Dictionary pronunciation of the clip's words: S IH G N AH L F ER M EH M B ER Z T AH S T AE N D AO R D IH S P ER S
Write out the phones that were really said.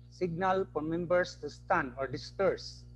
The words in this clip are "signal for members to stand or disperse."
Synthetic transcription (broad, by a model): S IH G N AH L P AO M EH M B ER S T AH S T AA N AO R D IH S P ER S